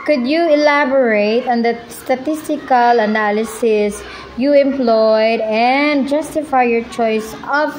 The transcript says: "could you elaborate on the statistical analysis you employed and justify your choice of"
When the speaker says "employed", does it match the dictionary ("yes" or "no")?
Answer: yes